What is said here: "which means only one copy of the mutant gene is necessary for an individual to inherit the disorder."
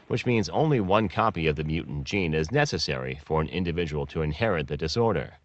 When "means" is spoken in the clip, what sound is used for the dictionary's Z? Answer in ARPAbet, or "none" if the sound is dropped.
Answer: Z